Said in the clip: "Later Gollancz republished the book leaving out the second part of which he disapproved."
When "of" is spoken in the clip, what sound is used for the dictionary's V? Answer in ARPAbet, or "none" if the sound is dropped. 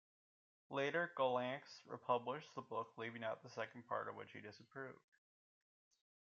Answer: V